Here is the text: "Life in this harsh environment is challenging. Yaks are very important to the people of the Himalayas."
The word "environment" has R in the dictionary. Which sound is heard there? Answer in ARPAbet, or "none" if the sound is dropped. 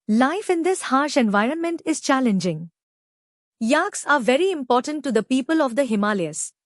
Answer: R